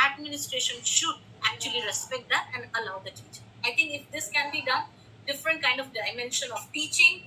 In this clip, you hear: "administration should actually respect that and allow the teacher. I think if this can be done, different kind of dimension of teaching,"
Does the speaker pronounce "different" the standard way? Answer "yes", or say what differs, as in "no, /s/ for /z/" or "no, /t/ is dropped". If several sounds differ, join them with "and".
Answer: yes